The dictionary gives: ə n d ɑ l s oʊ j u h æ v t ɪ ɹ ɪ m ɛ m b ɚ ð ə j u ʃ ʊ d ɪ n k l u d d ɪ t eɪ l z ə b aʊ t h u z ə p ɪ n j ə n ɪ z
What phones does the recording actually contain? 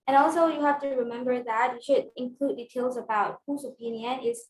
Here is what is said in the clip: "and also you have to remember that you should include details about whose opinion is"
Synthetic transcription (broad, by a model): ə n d ɑ l s oʊ j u h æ f t ɪ ɹ ɪ m ɛ m b ɚ ð ə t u ʃ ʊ d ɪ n k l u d d ɪ t eɪ l z ə b aʊ t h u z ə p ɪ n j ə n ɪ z